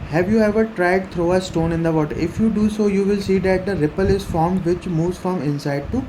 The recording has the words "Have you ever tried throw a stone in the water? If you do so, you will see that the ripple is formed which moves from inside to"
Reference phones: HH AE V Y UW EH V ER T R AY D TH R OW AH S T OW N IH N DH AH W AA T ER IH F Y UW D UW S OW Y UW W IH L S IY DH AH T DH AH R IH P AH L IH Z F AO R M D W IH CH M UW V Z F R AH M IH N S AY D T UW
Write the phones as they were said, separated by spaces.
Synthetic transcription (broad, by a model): HH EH V Y UW EH V ER T R AY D T R OW AH S T OW N IH N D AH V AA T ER IH F Y UW D UW S OW Y UW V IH L S IY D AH T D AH R IH P AH L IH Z F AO R M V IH CH M UW V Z F R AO M IH N S AY D T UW